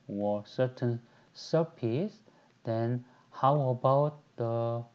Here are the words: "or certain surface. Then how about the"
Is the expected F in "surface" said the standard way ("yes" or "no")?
no